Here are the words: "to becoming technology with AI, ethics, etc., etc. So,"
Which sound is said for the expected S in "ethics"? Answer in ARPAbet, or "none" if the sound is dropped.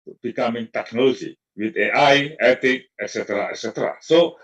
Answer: none